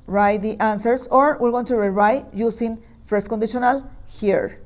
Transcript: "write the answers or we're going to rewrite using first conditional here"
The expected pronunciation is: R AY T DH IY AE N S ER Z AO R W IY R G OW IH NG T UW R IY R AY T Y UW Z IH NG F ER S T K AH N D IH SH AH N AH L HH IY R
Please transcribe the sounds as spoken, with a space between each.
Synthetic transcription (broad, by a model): R AY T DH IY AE N S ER S AO R W IY R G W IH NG T UW R IY R AY T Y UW S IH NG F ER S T K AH N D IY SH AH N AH L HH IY R